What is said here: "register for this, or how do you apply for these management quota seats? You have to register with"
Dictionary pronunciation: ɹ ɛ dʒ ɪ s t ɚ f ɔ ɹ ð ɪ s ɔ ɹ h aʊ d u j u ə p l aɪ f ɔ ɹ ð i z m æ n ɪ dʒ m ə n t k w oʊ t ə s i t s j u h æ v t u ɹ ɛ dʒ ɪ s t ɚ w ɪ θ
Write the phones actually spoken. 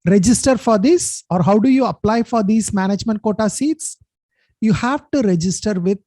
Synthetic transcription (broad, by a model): ɹ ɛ dʒ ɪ s t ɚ f ɔ ɹ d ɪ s ɔ ɹ h aʊ d u j u ə p l aɪ f ɔ ɹ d i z m æ n ɪ dʒ m ə n t k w oʊ t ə s i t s j u h æ v t u ɹ ɛ dʒ ɪ s t ɚ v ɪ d